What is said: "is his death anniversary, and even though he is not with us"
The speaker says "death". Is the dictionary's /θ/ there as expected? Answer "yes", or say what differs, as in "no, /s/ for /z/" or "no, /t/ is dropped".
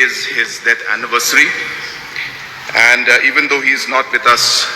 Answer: no, /t/ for /θ/